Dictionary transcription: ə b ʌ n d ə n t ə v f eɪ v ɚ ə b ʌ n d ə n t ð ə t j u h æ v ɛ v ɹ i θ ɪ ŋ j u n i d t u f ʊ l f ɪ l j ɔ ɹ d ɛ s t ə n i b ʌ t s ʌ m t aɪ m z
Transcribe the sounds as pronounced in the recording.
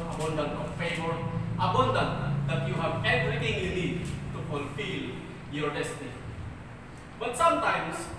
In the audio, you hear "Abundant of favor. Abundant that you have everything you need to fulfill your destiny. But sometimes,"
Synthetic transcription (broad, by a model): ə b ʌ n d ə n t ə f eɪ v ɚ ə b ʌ n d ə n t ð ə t j u h æ v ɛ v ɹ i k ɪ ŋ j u l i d t u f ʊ l f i l j ɔ ɹ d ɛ s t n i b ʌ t s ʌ m t aɪ m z